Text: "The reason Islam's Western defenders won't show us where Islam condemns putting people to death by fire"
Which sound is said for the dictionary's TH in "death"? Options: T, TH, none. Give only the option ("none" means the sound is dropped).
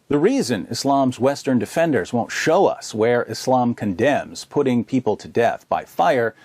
TH